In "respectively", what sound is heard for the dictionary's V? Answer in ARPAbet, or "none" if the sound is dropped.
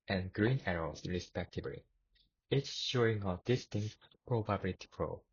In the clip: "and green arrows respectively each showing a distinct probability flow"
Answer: B